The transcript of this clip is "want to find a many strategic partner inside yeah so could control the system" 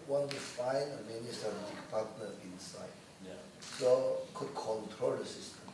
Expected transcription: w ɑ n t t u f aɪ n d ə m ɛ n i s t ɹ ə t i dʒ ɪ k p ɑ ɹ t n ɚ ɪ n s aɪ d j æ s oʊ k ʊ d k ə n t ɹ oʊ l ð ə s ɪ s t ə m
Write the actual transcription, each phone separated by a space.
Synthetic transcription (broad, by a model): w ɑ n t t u f aɪ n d ə m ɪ n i s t ə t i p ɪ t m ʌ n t ɪ n s aɪ d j s oʊ k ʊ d k ə n t ɹ oʊ l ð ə s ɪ s t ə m